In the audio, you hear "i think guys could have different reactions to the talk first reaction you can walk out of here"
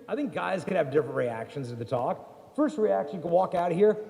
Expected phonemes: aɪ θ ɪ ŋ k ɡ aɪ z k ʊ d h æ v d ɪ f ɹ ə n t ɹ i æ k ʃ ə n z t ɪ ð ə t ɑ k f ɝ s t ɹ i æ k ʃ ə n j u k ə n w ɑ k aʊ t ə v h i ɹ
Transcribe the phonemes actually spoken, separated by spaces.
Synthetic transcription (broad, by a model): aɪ θ ɪ ŋ k ɡ aɪ z k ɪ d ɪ v d ɪ f ɹ ə n t ɹ i æ k ʃ ə n z t ɪ ð ə t ɑ k f ɝ s t ɹ i æ k ʃ ə n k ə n w ɑ k aʊ t h i ɹ